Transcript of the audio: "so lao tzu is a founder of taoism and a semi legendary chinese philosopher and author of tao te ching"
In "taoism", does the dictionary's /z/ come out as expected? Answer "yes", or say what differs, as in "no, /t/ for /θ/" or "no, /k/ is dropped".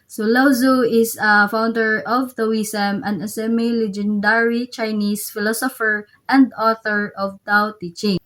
no, /s/ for /z/